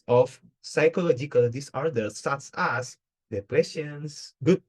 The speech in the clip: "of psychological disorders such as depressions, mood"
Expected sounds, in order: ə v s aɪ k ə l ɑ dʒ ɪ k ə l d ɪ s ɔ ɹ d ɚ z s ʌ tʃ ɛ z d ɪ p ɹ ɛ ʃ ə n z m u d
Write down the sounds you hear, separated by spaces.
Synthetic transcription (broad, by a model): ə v s aɪ k ə l ɑ dʒ ɪ k ə l d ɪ s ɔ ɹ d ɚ s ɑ s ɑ s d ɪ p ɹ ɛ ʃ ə n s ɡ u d